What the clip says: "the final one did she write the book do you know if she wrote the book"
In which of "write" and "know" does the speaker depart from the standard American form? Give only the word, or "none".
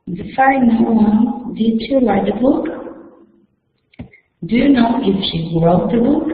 write